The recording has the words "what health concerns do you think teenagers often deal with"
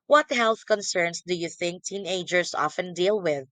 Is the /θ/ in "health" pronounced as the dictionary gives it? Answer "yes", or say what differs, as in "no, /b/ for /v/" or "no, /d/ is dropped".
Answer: yes